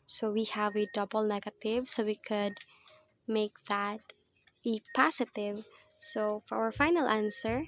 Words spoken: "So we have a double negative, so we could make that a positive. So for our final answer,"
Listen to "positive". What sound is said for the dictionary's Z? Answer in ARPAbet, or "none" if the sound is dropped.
S